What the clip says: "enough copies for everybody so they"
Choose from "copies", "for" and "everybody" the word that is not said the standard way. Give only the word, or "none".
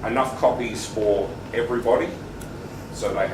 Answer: none